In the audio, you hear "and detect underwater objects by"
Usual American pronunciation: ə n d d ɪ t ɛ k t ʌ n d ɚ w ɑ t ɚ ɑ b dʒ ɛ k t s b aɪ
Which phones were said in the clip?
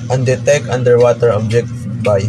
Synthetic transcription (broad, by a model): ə n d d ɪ t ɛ k ʌ n d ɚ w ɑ t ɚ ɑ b dʒ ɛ k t b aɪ